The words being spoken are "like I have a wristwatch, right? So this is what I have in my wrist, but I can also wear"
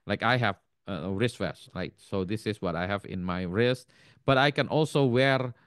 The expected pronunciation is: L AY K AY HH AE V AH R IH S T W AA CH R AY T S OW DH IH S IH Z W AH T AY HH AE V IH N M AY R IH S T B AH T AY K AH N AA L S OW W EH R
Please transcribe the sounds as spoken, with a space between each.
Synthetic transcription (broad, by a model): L AY K AY HH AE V AH R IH S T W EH S R AY T S OW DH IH S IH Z W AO T AY HH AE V IH N M AY R IH S T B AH T AY K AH N AA L S OW W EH R